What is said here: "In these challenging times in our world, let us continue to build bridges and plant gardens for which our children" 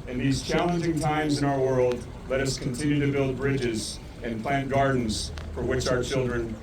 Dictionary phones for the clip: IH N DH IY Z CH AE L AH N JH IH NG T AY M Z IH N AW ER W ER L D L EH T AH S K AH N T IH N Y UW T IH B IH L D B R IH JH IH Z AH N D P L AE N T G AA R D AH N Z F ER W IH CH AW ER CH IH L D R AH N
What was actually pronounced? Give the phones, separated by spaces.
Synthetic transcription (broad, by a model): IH N DH IY Z CH AE L AH N JH IH NG T AY M Z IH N AW ER W ER L D L EH T AH S K AH N T IH N Y UW T IH B IH L D B R IH JH IH Z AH N P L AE N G AA R D N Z F ER W IH CH AW ER CH IH L D R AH N